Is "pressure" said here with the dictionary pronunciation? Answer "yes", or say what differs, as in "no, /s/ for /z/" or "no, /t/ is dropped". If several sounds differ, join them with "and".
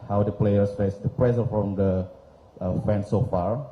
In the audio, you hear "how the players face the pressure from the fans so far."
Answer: no, /s/ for /ʃ/